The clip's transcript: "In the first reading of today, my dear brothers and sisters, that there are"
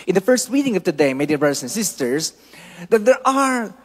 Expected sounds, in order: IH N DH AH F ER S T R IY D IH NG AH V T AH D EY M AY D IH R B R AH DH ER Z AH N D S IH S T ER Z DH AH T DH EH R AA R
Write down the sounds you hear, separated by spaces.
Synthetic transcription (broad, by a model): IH N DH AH F ER S T W IY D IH NG AH V T AH D EY M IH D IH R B R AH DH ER S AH N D S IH S T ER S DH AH T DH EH R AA R